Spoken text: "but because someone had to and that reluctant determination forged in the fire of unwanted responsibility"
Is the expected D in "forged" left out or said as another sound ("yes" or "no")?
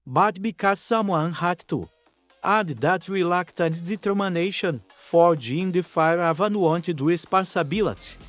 yes